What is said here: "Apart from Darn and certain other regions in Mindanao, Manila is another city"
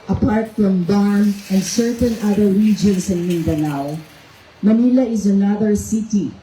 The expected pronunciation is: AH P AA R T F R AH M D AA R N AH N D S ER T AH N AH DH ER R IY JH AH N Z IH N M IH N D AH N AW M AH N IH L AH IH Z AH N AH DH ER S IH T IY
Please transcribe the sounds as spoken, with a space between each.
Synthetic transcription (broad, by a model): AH P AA R T F R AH M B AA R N AH N D S ER T AH N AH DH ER R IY JH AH N S IH N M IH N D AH N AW M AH N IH L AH IH Z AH N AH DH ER S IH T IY